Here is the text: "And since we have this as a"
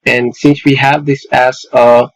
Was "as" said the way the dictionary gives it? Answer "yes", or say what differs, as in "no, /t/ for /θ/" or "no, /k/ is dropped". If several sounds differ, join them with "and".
no, /s/ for /z/